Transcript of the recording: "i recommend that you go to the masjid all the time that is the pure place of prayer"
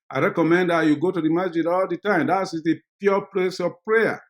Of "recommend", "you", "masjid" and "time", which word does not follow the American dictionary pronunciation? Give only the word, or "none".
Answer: masjid